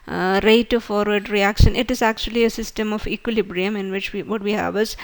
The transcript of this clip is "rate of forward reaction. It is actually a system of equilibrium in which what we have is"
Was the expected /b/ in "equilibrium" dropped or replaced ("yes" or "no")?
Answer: no